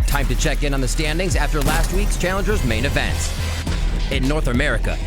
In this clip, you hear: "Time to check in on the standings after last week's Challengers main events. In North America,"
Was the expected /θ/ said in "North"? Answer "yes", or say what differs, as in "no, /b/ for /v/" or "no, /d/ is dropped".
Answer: yes